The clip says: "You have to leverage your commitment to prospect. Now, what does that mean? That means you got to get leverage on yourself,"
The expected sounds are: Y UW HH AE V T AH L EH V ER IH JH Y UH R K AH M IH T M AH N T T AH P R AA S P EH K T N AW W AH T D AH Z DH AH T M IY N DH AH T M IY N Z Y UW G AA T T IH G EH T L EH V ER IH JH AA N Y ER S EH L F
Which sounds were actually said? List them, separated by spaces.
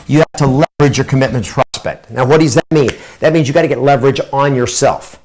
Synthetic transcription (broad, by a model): Y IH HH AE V T AH L EH V ER IH JH Y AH R K AH M IH T M AH N T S P R AA S P EH K T N AW W AH T D AH Z DH AH T M IY N DH AH T M IY N Z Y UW G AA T T IH G EH T L EH V ER IH JH N Y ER S EH L F